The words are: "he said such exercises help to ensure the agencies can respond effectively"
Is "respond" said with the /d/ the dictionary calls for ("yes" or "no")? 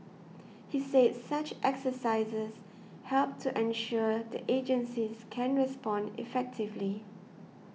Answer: yes